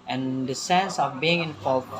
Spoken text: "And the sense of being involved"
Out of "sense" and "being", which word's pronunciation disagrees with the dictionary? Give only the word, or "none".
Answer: none